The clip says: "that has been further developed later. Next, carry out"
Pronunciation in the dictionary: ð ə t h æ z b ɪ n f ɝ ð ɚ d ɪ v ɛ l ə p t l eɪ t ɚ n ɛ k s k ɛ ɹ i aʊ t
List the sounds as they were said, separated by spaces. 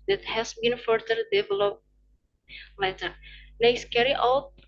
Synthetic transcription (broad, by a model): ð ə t h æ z b ɪ n f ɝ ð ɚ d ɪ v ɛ l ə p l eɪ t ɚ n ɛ s k ɛ ɹ i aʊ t